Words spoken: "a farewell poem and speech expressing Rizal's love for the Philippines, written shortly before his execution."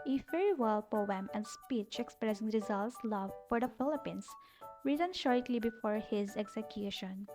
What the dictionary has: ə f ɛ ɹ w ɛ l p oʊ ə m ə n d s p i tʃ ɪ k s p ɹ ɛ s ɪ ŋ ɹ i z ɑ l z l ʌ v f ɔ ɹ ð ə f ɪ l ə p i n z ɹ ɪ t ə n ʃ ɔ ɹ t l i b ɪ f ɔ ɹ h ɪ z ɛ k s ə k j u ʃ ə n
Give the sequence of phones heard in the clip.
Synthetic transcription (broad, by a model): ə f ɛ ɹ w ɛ l p oʊ ə m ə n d s p i tʃ ɪ k s p ɹ ɛ s ɪ ŋ ɹ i z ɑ l s l ʌ v f ɔ ɹ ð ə f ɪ l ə p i n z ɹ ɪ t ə n ʃ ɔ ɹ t l i b ɪ f ɔ ɹ h ɪ z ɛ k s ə k j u ʃ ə n